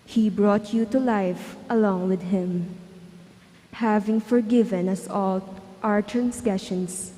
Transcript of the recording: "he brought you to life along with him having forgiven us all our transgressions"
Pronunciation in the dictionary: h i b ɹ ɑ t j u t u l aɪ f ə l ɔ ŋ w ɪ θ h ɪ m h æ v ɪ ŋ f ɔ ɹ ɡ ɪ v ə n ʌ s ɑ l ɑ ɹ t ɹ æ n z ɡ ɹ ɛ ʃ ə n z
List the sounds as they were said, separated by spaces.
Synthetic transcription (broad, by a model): h i b ɹ ɑ t j u t u l aɪ f ə l ɔ ŋ w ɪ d h ɪ m h æ v ɪ ŋ f ɔ ɹ ɡ ɪ v ə n ʌ s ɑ l ɑ ɹ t ɹ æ n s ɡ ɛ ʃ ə n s